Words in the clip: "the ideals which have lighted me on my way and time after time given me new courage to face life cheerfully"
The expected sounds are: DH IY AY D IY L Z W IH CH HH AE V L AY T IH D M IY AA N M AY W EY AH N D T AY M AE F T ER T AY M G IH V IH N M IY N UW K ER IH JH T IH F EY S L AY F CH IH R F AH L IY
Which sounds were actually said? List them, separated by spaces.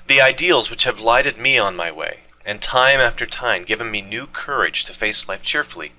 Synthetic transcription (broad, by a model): DH IY AY D IY L Z W IH CH HH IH V L AY T IH D M IY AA N M AY W EY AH N T AY M AE F T ER T AY M G IH V IH N M IY N UW K ER IH JH T IH F EY S L AY F CH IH R F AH L IY